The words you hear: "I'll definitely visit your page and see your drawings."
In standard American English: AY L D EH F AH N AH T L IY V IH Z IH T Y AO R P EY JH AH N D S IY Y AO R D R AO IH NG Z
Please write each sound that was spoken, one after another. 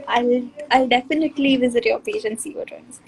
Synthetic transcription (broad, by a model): AY L D EH F AH N AH T L IY V IH Z IH T Y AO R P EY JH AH N S IY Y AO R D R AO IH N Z